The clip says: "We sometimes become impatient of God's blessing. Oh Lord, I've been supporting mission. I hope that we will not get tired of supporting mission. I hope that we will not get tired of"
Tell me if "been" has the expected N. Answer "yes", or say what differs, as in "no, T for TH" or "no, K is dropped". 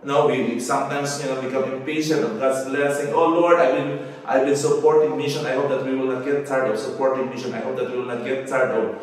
no, L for N